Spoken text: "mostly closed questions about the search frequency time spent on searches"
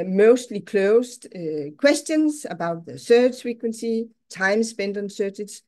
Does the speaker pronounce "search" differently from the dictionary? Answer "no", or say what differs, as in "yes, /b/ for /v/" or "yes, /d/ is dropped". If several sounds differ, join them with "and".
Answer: yes, /θ/ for /s/